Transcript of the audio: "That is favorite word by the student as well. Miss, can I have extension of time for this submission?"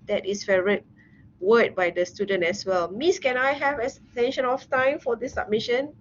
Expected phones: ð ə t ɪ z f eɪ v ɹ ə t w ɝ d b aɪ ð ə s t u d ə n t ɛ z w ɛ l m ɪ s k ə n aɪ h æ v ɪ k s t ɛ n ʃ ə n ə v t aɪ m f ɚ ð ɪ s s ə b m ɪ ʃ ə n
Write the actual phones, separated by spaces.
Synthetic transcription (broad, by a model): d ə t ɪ s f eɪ ɹ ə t w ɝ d b aɪ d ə s t u d ə n t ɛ s w ɛ l m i s k ə n aɪ h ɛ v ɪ s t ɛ n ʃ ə n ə f t aɪ m f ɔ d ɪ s s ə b m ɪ ʃ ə n